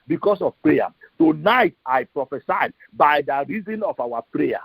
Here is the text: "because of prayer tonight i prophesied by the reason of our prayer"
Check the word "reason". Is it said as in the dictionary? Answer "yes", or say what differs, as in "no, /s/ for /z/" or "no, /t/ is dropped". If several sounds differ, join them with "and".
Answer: yes